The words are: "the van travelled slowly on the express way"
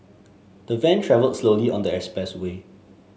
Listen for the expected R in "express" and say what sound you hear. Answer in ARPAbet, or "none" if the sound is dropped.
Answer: none